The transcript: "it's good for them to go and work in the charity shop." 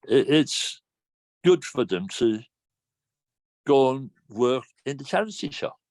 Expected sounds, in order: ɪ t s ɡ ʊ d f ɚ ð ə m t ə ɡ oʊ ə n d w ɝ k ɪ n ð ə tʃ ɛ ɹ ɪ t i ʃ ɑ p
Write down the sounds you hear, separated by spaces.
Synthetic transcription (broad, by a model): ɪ t s ɡ ʊ d f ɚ ð ə m t ə ɡ oʊ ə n w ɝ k ɪ n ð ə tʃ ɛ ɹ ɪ s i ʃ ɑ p